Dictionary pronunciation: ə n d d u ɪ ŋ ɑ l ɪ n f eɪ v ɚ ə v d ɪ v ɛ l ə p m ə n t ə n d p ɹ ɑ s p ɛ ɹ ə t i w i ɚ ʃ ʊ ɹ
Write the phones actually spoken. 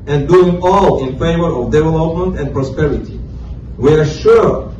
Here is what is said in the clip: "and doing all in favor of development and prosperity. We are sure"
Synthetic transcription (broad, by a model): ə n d d u ɪ ŋ ɑ l ɪ n f eɪ v ɚ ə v d ɪ v ɛ l ə p m ə n t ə n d p ɹ ɑ s p ɛ ɹ ə t i w i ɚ ʃ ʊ ɹ